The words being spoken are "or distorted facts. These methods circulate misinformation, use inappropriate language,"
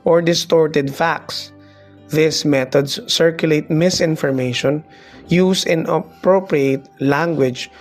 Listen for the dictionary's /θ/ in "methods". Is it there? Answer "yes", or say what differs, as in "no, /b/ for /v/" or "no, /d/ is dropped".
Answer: no, /t/ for /θ/